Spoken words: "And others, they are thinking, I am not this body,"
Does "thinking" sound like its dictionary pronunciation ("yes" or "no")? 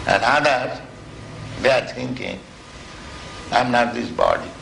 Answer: no